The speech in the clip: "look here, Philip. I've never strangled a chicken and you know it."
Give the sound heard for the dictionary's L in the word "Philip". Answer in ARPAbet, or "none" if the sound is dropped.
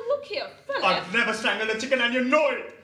none